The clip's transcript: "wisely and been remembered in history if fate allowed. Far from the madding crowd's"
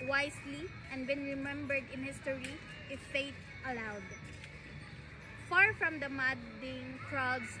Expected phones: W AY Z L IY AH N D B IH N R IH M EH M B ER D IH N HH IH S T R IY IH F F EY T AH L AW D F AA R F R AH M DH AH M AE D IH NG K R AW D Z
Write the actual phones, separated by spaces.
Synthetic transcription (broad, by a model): W AY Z L IY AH N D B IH N R IH M EH M B ER D IH N HH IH S T R IY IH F F EY T AH L AW D F AA R F R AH M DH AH M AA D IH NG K R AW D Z